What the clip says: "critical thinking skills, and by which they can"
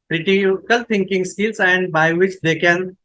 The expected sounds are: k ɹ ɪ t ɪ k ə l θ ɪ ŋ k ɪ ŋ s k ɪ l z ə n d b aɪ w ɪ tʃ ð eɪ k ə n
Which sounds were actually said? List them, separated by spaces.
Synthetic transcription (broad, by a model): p ɹ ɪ t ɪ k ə l t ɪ ŋ k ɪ ŋ s k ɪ l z ə n d b aɪ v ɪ tʃ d eɪ k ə n